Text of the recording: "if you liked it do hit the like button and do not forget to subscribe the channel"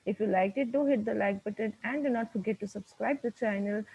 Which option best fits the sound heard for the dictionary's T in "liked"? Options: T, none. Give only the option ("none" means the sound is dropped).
none